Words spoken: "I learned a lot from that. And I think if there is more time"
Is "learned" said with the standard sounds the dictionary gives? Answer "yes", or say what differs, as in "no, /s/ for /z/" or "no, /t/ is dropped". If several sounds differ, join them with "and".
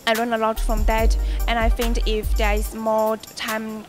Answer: no, /d/ is dropped